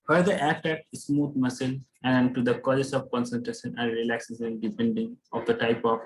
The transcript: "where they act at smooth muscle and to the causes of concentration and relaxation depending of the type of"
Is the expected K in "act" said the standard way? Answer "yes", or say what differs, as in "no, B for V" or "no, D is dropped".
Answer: no, K is dropped